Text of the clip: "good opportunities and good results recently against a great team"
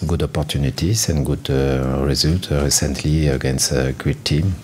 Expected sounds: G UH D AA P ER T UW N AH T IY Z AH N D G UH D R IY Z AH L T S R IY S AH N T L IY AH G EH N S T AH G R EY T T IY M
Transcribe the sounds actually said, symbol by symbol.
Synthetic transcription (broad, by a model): G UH D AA P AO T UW N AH T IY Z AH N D G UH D R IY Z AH L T R IY S AH N T L IY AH G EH N S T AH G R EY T T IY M